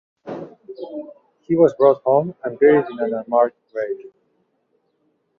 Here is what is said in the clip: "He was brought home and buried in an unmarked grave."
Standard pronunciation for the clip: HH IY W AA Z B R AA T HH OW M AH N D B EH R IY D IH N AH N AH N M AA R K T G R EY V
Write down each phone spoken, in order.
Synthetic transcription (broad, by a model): HH IY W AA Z B R AA T HH OW M AH N D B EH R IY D IH N AH N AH M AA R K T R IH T